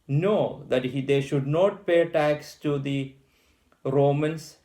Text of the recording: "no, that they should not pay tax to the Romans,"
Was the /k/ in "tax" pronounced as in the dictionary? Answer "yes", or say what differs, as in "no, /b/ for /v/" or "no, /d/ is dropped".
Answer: yes